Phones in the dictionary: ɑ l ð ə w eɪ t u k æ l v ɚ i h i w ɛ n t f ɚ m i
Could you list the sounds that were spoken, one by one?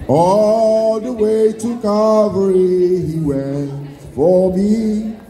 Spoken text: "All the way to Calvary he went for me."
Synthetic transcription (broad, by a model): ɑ l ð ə w eɪ t u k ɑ v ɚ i h i w ɛ n t f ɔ m i